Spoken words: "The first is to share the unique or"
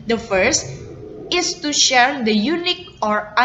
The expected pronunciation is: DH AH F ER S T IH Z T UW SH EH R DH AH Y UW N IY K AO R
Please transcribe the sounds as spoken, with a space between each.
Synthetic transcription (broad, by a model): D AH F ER S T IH S T UW SH EH R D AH Y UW N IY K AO R